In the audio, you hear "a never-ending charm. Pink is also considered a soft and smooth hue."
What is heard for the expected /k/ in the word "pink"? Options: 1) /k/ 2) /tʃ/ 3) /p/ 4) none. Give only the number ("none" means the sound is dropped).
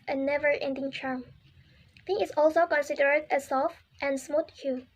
4